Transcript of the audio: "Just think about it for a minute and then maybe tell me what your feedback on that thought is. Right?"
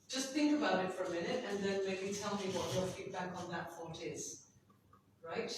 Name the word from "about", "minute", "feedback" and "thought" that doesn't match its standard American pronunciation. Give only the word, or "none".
thought